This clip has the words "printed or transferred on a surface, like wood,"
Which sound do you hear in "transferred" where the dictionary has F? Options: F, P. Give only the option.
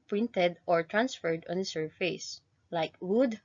F